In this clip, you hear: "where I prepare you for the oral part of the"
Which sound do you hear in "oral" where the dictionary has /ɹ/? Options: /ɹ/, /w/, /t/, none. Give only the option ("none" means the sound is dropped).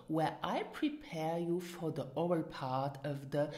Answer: none